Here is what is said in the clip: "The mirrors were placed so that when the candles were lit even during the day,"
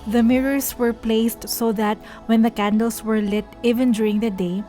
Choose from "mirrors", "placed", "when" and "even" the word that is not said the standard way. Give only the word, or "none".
mirrors